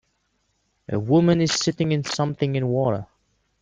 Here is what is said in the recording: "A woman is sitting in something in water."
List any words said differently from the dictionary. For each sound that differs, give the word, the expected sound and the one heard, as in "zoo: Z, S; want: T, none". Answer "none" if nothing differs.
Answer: none